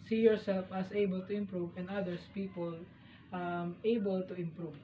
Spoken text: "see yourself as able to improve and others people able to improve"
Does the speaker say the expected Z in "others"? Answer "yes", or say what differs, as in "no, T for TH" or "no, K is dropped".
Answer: no, S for Z